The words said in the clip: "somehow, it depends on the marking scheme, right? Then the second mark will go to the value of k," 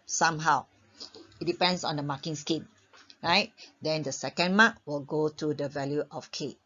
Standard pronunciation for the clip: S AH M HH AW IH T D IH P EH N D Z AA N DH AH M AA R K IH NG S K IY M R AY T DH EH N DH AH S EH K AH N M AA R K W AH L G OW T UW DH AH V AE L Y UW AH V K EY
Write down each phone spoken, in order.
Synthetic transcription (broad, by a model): S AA M HH AW IH T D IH P EH N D S AA N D AH M AA K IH NG S K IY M R AY T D EH N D AH S EH K AH N M AA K W AH L G OW T UW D AH V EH L Y UW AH F K EY